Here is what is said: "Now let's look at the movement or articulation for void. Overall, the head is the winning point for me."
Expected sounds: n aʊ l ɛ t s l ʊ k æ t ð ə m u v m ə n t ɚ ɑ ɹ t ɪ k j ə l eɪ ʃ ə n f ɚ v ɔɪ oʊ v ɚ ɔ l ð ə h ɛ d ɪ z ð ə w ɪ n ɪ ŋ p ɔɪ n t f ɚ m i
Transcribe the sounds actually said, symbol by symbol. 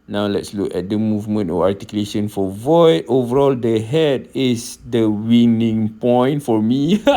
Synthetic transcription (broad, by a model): n aʊ l ɛ t s l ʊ k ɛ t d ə m u v m ə n t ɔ ɑ ɹ t ɪ k j ə l eɪ ʃ ə n f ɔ v ɔɪ oʊ v ɚ ɔ l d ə h ɛ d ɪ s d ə w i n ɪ ŋ p ɔɪ n t f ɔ m i